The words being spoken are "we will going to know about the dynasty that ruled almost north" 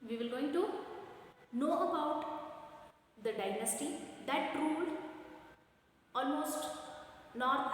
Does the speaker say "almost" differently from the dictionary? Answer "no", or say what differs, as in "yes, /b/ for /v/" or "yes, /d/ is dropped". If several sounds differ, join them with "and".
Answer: no